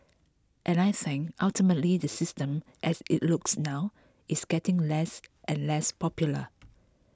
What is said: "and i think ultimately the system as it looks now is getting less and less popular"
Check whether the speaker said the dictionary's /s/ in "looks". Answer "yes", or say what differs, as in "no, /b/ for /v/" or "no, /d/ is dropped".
yes